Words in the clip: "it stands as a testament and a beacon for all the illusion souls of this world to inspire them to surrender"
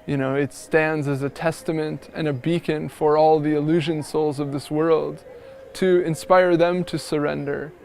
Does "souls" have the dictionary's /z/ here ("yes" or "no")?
yes